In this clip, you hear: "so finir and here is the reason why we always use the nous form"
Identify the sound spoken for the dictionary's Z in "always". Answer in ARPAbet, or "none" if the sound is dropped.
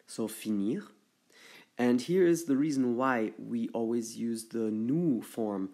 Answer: Z